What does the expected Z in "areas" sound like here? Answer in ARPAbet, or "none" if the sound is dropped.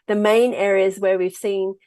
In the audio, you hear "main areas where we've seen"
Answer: Z